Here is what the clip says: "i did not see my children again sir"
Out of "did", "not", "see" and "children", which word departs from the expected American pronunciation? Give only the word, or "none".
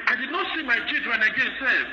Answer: children